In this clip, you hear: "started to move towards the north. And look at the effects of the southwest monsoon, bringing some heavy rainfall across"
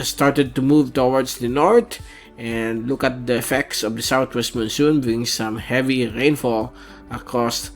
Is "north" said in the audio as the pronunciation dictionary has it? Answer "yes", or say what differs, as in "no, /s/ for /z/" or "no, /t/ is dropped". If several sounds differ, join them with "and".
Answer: no, /t/ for /θ/